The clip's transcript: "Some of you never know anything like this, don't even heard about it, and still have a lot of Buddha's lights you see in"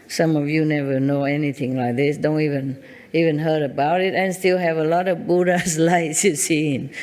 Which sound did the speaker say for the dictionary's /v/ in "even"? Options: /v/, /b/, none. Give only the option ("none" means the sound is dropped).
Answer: /v/